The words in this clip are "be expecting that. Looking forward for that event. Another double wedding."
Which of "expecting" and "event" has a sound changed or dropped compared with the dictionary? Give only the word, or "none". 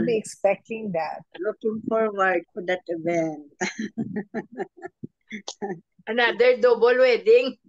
event